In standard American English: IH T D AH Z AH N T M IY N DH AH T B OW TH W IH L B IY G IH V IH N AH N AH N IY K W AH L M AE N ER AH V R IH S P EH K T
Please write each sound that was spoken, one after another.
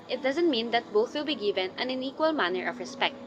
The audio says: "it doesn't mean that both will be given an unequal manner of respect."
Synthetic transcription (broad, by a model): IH T D AH Z AH N T M IY N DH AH T B OW TH W IH L B IY G IH V IH N AH N AH N IY K W AH L M AE N ER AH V R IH S P EH K T